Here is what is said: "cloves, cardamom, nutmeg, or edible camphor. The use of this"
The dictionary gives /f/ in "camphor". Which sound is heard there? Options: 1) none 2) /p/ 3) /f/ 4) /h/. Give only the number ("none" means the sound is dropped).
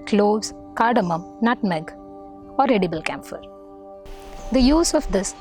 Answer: 3